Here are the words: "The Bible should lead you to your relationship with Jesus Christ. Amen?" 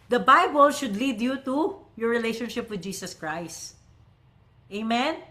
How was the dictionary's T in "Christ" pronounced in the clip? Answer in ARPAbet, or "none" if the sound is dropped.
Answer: T